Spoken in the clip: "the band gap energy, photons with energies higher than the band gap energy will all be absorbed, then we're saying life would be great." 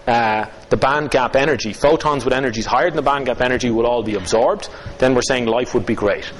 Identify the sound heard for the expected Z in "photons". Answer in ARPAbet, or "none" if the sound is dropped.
Z